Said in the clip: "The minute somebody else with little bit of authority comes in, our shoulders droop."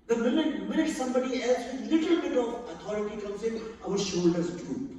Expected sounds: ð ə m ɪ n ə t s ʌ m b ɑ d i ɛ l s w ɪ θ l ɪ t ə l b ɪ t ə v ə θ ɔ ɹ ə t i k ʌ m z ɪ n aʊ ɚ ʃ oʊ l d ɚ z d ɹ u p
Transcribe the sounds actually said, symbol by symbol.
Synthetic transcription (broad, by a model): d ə m ɪ n ə t s ʌ m b ɑ d i ɛ l s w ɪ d l ɪ t ə l b ɪ t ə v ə t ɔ ɹ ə t i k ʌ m s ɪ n aʊ ɚ ʃ oʊ l d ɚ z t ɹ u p